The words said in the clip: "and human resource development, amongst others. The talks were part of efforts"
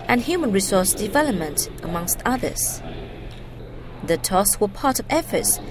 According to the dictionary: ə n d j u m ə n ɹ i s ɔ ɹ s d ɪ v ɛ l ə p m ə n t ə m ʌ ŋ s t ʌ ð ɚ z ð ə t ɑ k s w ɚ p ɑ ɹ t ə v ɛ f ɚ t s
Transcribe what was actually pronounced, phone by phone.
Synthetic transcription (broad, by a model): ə n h j u m ə n ɹ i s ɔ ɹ s d ɪ v ɛ l ə p m ə n t ə m ʌ ŋ s t ʌ ð ɚ z ð ə t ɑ s w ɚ p ɑ ɹ t ə v ɛ f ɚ t s